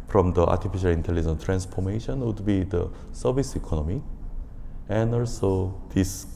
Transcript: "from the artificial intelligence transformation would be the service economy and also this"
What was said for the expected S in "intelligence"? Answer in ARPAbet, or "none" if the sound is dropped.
none